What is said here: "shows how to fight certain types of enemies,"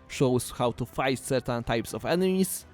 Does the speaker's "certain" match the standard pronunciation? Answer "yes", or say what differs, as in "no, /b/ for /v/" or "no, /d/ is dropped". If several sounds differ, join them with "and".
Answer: yes